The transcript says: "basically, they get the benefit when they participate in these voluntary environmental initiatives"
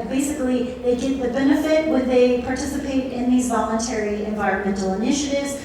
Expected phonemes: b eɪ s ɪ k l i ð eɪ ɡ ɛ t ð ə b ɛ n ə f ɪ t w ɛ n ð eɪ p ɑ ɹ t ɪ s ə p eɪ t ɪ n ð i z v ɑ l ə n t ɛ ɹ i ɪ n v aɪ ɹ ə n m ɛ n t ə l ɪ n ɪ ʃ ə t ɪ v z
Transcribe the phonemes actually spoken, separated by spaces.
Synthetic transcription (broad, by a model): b eɪ s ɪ k l i ð eɪ ɡ ɛ t ð ə b ɛ n ə f ɪ t w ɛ n ð eɪ p ɑ ɹ t ɪ s ə p eɪ t ɪ n ð i z v ɑ l ə n t ɛ ɹ i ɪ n v aɪ ɹ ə n m ɛ n t l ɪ n ɪ ʃ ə t ɪ v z